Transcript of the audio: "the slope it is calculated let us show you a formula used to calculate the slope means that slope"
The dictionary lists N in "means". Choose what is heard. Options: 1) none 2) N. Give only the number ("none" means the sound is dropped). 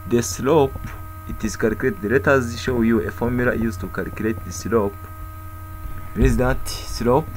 1